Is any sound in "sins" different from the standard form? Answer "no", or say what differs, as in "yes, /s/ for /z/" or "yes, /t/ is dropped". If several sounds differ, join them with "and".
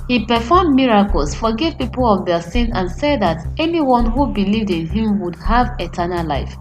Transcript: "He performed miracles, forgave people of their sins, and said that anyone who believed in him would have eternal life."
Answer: yes, /z/ is dropped